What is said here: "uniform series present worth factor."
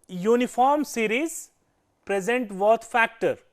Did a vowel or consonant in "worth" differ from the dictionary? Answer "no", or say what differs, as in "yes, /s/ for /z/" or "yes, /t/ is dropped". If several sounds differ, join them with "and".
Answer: yes, /t/ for /θ/